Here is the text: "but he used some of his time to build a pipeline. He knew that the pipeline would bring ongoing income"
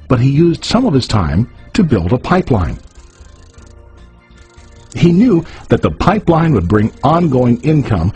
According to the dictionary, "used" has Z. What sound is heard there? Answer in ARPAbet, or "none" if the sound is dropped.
Z